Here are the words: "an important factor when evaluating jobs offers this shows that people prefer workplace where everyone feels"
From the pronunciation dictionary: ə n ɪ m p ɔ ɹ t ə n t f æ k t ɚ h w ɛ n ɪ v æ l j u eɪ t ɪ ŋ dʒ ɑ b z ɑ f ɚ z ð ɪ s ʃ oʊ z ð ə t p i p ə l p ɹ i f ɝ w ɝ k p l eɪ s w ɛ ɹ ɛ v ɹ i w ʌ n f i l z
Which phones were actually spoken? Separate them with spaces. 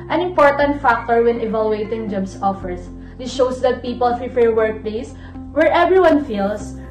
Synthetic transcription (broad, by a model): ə n ɪ m p ɔ ɹ t ə n t f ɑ k t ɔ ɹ w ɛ n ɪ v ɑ l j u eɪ t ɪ ŋ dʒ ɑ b s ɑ f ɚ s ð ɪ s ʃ oʊ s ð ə t p i p ə l f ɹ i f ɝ w ɝ k p l eɪ s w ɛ ɹ ɛ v ɹ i w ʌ n f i l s